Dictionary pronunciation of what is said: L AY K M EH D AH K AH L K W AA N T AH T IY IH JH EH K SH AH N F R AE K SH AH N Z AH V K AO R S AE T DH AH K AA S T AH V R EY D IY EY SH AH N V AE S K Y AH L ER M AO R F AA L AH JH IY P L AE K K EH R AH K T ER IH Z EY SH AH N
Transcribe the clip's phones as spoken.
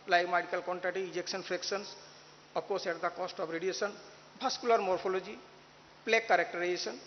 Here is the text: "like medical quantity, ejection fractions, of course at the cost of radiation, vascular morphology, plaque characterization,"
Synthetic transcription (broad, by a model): L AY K M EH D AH K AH L K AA N T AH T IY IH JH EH K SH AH N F R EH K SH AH N S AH P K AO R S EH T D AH K AA S T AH B R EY D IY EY S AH N B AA S K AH L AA M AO R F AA L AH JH IY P L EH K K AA R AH K T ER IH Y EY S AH N